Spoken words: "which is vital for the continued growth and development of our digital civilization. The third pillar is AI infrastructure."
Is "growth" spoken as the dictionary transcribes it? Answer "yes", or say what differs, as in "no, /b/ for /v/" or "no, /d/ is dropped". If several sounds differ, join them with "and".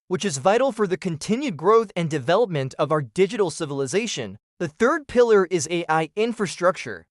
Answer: yes